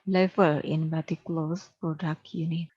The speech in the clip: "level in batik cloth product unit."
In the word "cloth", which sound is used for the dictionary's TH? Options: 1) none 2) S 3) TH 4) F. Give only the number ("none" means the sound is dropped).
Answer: 2